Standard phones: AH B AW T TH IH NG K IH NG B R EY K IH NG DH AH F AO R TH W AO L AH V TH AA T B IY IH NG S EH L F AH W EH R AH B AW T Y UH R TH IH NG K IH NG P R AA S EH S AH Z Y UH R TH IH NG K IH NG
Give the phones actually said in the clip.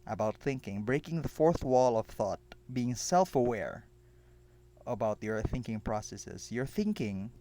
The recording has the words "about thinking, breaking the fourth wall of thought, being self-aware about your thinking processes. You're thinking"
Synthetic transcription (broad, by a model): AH B AW T TH IH NG K IH NG B R EY K IH NG DH AH F AO R TH W AO L AH V TH AA T B IY IH NG S EH L F AH W EH R AH B AW T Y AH R TH IH NG K IH NG P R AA S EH S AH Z Y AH R TH IH NG K IH NG